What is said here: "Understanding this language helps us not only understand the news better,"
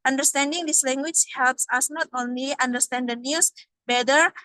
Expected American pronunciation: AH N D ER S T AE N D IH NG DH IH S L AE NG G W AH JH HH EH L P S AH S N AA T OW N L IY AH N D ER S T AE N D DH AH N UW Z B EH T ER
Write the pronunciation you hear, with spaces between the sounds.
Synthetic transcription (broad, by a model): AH N D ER S T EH N D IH NG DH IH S L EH NG G W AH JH HH EH L P S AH S N AA T OW N L IY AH N D ER S T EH N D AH N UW S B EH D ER